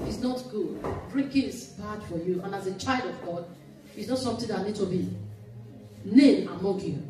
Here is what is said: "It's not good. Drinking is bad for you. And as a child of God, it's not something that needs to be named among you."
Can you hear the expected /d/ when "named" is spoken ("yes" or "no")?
no